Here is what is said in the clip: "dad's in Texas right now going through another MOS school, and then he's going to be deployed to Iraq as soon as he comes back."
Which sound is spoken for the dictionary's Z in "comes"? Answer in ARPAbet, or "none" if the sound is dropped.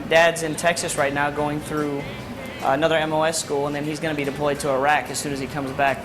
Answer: Z